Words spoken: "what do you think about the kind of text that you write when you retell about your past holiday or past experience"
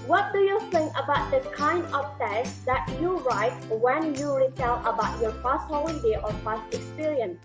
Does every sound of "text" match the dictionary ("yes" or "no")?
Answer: no